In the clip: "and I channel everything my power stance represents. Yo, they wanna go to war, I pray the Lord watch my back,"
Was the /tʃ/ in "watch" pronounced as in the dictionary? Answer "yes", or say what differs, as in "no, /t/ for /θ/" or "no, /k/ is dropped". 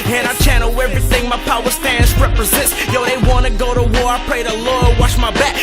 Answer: no, /ʃ/ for /tʃ/